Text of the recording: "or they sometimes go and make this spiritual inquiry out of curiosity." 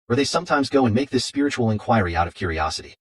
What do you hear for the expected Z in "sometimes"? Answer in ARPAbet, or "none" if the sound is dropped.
Z